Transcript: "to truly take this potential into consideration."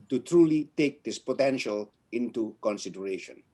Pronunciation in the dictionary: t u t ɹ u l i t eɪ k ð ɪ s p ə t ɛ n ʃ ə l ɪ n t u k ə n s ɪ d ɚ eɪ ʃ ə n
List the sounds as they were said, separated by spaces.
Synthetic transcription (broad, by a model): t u t ɹ u l i t eɪ k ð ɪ s p ə t ɛ n ʃ ə l ɪ n t u k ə n s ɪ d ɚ eɪ ʃ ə n